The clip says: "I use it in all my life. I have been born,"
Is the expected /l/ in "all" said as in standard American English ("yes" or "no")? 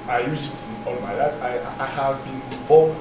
no